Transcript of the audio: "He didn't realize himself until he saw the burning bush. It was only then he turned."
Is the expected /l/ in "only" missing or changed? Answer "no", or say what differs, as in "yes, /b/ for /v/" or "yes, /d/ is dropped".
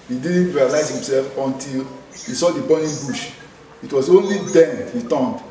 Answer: no